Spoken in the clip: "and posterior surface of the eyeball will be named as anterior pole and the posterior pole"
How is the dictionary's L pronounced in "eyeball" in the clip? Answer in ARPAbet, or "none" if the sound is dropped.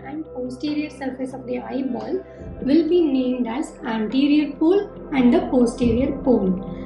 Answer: L